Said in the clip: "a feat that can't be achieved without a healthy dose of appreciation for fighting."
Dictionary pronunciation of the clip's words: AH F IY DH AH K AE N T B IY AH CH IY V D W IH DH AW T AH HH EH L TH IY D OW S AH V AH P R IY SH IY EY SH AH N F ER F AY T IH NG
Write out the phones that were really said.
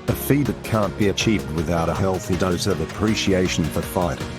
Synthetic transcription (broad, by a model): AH F IY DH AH K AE N B IY AH CH IY V D W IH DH AW T AH HH EH L TH IY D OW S AH V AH P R IY SH IY EY SH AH N F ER F AY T